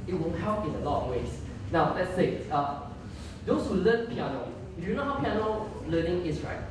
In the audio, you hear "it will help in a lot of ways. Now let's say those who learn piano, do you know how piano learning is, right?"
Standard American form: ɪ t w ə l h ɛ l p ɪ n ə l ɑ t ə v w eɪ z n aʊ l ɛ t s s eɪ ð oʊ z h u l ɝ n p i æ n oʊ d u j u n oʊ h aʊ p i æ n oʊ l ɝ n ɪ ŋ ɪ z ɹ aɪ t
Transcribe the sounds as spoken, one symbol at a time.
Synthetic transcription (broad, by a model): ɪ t w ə n h ɛ l p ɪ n ə l ɑ t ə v w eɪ s n aʊ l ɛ t s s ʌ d oʊ s h u l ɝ n p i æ n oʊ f j u n oʊ h aʊ p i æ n oʊ l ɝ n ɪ ŋ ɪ s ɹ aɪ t